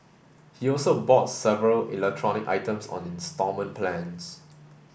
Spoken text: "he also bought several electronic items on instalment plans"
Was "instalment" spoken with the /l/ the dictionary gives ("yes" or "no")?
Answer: no